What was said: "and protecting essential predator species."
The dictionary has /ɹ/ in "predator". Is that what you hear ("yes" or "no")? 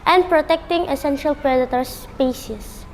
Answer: yes